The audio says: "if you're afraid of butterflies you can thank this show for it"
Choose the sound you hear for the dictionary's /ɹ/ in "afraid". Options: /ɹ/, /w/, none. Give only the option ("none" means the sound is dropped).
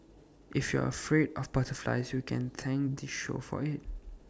/ɹ/